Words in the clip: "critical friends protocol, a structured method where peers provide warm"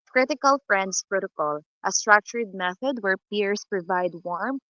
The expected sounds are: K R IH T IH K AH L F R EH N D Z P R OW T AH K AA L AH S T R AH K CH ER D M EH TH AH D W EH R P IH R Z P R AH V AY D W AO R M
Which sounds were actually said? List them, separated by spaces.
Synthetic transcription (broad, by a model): K R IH T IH K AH L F R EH N D S P R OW T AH K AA L AH S T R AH K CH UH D M EH TH AH D W EH R P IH R S P R AH V AY D W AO R M